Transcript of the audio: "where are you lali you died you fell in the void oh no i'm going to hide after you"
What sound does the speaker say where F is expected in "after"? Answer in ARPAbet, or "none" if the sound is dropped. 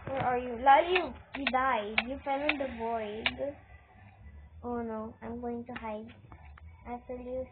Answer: none